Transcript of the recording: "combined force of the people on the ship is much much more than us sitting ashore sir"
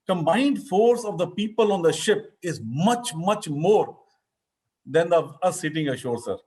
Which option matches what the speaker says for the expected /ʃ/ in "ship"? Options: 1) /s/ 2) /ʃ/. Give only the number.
2